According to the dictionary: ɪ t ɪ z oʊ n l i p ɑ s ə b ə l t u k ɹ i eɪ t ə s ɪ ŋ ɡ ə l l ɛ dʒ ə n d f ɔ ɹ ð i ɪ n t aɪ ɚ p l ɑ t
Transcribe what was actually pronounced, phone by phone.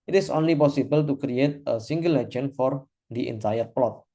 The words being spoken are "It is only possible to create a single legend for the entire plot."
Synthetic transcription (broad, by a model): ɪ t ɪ s oʊ n l i p ɑ s ə b ə l t u k ɹ i eɪ t ə s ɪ ŋ ɡ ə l l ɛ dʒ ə n f ɔ ɹ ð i ɪ n t aɪ ɚ p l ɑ t